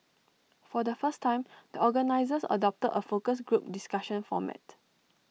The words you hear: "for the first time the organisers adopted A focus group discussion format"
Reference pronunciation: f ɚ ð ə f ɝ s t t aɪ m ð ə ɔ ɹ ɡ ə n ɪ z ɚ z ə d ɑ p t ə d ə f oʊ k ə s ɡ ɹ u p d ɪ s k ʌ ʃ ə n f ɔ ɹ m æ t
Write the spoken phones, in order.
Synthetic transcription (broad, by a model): f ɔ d ə f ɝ s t t aɪ m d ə ɔ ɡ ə n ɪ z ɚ s ə d ɑ p t ə d ə f oʊ k ə s ɡ ɹ u p d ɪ s k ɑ ʃ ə n f ɔ m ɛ t